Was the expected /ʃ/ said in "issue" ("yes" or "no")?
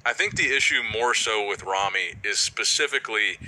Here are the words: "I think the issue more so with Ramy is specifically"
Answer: yes